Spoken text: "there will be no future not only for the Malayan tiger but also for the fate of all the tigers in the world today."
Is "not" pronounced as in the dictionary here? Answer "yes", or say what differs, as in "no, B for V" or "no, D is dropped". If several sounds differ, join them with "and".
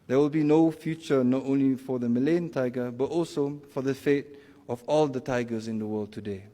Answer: yes